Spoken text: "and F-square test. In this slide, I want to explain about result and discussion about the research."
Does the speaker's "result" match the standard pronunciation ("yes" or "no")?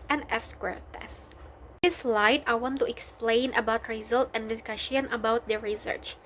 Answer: yes